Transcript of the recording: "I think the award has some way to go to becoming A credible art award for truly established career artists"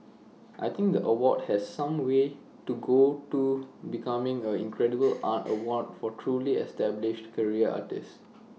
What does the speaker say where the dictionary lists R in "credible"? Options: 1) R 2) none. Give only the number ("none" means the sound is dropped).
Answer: 1